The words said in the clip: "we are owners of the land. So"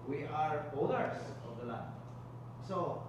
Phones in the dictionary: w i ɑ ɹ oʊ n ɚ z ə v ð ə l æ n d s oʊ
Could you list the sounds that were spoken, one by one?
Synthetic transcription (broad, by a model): w i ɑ ɹ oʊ l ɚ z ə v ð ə l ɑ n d s oʊ